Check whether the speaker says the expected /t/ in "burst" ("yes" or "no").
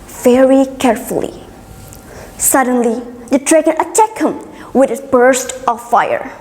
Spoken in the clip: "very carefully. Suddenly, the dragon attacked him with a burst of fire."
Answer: yes